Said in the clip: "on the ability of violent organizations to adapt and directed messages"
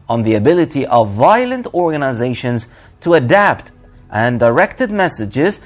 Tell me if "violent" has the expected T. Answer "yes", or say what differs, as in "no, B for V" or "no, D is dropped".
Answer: yes